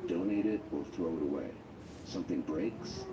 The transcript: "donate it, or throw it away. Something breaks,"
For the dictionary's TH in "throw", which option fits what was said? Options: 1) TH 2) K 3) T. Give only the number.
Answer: 1